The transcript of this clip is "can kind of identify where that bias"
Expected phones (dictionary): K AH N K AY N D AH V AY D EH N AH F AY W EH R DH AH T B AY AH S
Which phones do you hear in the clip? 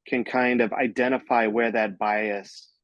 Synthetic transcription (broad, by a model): K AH N K AY N D AH V AY D EH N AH F AY W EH R DH AH T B AY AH S